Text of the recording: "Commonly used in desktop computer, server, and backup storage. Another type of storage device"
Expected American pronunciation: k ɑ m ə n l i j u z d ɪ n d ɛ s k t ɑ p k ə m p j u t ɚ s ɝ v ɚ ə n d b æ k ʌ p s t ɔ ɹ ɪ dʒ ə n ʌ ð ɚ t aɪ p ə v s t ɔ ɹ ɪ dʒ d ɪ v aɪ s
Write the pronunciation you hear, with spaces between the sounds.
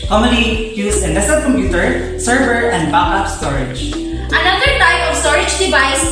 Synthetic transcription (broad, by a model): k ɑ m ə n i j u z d ɪ n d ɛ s t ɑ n k ə m p j u t ɚ s ɝ v ɚ ə n d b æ ʌ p s t ɔ ɹ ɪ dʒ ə n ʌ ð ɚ t aɪ p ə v s t ɔ ɹ ɪ dʒ d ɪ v aɪ s